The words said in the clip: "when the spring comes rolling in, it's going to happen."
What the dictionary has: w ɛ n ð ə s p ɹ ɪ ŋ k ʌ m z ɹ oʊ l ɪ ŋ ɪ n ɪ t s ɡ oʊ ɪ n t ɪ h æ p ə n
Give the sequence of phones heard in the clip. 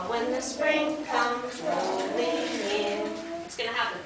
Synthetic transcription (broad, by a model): w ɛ n ð ə s p ɹ ɪ ŋ k ʌ m z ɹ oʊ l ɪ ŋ ɪ n ɪ t s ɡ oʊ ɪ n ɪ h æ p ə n